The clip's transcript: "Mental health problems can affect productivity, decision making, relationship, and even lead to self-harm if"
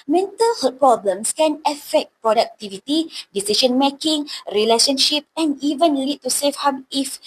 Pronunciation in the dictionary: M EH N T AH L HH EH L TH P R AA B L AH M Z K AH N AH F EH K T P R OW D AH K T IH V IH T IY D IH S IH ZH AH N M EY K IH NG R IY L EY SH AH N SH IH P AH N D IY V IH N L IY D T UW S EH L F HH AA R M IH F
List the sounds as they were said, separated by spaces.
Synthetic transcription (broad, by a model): M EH N T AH L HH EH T P R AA B L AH M S K AH N AH F EH K T P R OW D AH K T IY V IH T IY D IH S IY SH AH N M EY K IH NG R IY L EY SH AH N SH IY P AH N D IY V IH N L IY D T UW S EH F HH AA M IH F